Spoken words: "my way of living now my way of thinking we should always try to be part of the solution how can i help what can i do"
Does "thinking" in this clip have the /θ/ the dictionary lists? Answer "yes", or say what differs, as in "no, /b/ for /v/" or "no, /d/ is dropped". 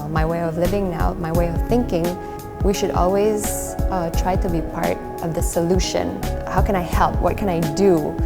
yes